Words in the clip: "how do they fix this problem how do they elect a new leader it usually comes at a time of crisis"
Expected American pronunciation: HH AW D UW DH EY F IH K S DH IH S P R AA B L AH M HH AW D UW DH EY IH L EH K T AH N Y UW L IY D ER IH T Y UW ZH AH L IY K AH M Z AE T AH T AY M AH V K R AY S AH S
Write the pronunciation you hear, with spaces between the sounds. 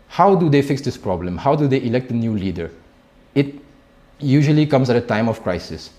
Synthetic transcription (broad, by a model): HH AW D UW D EY F IH K S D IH S P R AA B L AH M HH AW D UW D EY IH L EH K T AH N Y UW L IY D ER IH T Y UW ZH AH L IY K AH M S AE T AH T AY M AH F K R AY S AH S